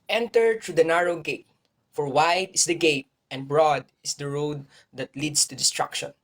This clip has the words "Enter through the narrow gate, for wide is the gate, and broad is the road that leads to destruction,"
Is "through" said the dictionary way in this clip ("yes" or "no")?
no